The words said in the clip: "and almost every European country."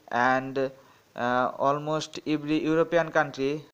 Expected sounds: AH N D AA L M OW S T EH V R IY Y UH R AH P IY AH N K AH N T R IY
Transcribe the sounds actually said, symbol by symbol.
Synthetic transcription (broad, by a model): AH N D AA L M OW S T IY B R IY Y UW R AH P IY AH N K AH N T R IY